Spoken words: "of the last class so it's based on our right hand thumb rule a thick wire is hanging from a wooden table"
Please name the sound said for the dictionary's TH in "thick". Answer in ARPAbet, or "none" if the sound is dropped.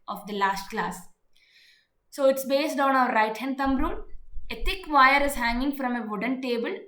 T